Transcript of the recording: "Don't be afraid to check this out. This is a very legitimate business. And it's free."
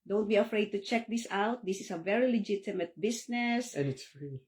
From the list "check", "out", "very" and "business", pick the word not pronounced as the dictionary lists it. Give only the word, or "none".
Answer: business